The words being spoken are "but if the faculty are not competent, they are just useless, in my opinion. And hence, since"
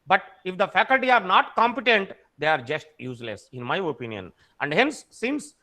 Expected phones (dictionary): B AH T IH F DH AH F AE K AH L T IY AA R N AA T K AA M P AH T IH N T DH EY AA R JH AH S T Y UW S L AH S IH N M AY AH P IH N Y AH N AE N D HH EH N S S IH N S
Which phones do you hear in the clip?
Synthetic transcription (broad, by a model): B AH T IH F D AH F AE K AH L T IY AA R N AA T K AA M P AH T IH N T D EY AA R JH AH S T Y UW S L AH S IH N M AY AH P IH N Y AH N AE N D HH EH N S S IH N S